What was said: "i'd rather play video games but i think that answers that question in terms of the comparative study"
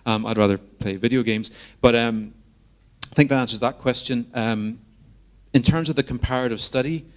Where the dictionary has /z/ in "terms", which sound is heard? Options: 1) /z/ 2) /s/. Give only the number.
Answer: 1